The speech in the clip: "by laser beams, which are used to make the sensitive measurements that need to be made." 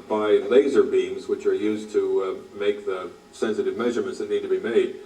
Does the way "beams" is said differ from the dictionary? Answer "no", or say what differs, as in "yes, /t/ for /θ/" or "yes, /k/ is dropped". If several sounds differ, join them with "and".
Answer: no